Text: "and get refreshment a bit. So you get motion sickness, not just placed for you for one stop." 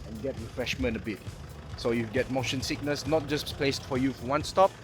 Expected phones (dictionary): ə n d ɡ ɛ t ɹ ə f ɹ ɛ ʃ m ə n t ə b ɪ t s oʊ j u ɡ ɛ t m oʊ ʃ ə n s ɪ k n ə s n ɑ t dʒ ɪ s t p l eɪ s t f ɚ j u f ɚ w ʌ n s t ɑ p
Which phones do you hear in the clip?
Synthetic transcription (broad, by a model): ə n ɡ ɛ t ɹ ə f ɹ ɛ ʃ m ə n t ə b ɪ t s oʊ j u ɡ ɛ t m oʊ ʃ ə n s ɪ k n ə s n ɑ t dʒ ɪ s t p l eɪ s t f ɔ j u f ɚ w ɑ n s t ɑ p